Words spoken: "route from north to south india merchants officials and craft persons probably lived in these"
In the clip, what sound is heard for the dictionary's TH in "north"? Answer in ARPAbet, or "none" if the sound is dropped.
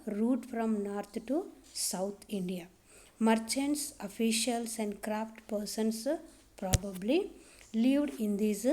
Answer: T